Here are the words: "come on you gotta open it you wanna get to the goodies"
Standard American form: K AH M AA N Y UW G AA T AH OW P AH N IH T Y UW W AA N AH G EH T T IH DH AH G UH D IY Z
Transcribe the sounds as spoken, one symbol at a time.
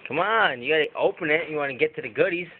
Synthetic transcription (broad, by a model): K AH M AA N Y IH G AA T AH OW P AH N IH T Y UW W AA N AH G EH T T IH DH AH G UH D IY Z